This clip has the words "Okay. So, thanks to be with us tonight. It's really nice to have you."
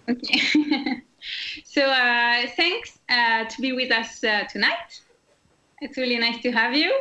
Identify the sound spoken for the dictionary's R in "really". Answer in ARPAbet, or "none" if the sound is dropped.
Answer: R